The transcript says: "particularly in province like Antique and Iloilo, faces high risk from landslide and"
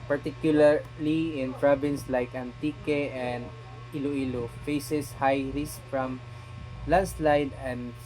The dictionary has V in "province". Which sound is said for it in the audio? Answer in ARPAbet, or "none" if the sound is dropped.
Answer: B